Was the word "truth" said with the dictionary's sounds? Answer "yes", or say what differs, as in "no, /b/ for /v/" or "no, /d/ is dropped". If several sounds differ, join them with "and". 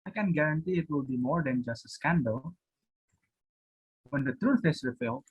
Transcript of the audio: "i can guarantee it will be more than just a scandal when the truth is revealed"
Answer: no, /f/ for /θ/